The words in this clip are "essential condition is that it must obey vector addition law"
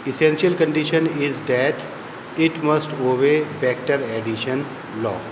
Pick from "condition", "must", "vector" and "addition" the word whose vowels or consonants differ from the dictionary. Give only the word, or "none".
vector